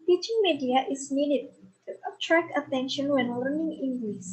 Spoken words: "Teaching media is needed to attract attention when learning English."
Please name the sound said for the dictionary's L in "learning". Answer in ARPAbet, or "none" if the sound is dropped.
L